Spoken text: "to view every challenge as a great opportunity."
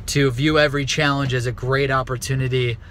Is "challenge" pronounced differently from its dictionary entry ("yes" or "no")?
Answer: no